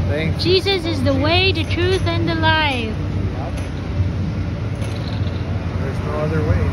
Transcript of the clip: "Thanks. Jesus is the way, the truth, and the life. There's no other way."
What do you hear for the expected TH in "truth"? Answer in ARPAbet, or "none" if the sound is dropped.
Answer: TH